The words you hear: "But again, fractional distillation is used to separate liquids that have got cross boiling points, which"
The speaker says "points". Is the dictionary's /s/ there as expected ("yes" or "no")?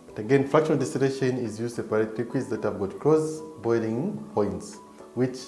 yes